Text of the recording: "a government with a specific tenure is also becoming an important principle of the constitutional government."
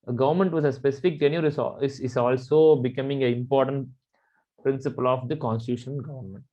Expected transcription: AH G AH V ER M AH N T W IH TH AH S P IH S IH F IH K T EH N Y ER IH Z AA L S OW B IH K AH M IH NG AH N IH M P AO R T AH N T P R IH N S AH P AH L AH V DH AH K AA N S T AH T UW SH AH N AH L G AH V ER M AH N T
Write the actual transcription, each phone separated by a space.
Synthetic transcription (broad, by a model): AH G AH V ER M AH N T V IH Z AH S P IH S IH F IH K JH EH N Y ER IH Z AA L S OW B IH K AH M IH NG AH IH M P AO R T AH N T P R IH N S AH P AH L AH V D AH K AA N S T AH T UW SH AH N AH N G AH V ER M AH N T